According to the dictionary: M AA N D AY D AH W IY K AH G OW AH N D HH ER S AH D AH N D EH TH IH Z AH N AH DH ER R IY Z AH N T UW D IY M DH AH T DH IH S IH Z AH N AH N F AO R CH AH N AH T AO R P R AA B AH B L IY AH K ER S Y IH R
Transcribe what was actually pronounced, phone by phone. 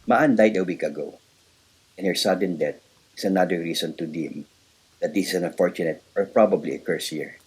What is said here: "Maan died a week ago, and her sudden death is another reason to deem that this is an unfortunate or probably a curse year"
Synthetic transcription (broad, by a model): M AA N D AY D AH W IY K AH G OW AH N HH ER S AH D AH N D EH T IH S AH N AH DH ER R IY S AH N T UW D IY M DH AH T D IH S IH S AH N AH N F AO R CH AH N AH T AO R P R AA B AH B L IY AH K ER S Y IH R